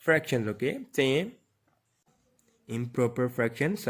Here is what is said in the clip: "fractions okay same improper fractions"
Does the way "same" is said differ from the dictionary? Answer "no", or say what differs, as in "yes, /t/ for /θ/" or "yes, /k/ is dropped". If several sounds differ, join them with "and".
yes, /m/ is dropped